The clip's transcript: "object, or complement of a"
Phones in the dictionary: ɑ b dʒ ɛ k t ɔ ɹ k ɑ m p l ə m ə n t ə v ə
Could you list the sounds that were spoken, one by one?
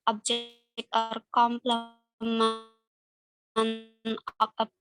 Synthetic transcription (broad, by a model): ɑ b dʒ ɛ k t ɔ ɹ k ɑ m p l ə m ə n ə p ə